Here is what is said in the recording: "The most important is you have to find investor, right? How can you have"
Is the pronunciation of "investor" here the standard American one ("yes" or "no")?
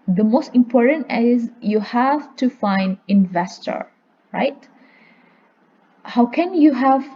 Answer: yes